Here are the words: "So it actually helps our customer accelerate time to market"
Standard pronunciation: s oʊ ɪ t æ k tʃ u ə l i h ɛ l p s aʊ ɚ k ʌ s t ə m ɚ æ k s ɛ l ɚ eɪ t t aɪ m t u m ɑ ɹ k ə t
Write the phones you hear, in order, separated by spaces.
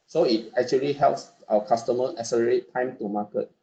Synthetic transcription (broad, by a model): s oʊ ɪ t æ k tʃ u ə l i h ɛ l p s aʊ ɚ k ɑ s t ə m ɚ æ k s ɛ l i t t aɪ m t u m ɑ k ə t